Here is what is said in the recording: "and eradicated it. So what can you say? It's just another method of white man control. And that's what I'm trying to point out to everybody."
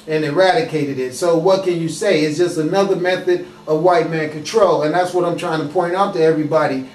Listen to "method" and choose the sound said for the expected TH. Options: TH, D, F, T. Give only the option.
TH